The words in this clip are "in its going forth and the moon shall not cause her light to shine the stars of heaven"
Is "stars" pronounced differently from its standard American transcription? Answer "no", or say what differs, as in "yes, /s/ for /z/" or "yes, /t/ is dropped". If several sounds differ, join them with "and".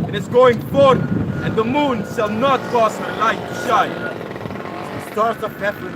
yes, /s/ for /z/